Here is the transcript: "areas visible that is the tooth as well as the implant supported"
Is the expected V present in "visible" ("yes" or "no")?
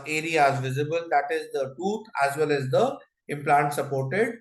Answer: yes